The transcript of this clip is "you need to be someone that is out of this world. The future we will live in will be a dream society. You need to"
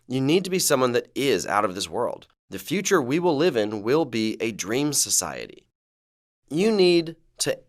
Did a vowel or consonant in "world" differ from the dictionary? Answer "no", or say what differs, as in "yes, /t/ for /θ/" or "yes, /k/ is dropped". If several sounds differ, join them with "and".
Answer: no